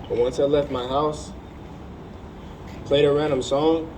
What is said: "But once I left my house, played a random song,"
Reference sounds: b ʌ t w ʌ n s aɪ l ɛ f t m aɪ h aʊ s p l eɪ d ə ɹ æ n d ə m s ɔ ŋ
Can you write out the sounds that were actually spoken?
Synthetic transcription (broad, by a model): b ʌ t w ʌ n s aɪ l ɛ f t m aɪ h aʊ s p l eɪ d ə ɹ æ n d ə m s ɔ ŋ